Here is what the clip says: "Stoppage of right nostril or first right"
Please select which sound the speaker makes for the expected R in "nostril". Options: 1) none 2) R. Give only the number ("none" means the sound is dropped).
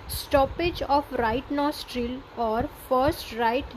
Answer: 2